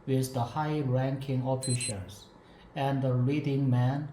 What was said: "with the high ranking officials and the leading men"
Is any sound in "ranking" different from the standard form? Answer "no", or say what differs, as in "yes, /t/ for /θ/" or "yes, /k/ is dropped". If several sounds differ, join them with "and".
no